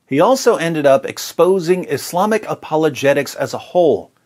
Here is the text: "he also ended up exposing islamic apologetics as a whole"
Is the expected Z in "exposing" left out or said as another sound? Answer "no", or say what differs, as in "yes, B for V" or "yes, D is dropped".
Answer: no